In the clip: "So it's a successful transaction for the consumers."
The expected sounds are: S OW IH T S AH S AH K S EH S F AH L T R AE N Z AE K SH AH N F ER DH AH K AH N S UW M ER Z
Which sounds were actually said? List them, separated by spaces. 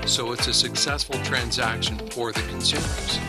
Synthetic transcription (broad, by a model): S OW IH T S AH S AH K S EH S F L T R AE N Z AE K SH AH N F ER DH AH K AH N S UW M ER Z